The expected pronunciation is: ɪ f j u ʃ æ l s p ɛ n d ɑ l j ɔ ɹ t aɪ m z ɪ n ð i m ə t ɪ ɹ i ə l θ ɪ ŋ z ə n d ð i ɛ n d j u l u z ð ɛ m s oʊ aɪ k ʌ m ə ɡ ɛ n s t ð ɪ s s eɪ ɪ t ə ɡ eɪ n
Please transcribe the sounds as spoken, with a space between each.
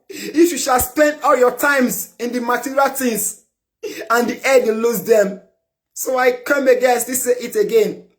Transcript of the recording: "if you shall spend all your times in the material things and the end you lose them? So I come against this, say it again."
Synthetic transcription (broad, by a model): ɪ f j u ʃ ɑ l s p ɛ n d ɑ l j ɔ t aɪ m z ɪ n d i m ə t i ɹ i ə l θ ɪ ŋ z ə n d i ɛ d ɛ l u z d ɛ m s oʊ aɪ k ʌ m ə ɡ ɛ s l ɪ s s eɪ ɪ t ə ɡ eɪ n